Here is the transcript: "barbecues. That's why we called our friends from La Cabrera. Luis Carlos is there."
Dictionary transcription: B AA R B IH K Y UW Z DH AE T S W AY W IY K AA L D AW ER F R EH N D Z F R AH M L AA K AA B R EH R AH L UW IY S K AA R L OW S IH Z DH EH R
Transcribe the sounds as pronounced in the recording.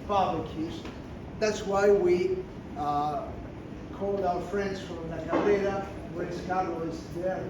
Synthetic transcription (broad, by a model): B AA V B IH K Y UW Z DH AE T S W AY W IY K AA L D AW ER F R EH N D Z F R AH M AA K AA R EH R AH W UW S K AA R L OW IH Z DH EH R